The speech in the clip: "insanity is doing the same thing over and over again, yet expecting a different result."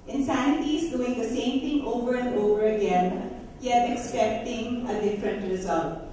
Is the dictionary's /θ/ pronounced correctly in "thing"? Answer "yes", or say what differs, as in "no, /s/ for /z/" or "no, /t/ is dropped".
no, /t/ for /θ/